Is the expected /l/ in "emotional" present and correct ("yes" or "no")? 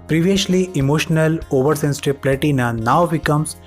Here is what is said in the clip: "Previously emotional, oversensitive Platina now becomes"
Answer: yes